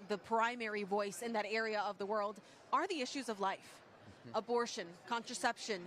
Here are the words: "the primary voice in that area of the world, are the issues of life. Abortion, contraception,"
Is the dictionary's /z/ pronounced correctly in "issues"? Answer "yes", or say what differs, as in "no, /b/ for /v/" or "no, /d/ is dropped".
yes